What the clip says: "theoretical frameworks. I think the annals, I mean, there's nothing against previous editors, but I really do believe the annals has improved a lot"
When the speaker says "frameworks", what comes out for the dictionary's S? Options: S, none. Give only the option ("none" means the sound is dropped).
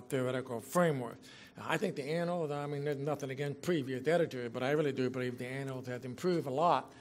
none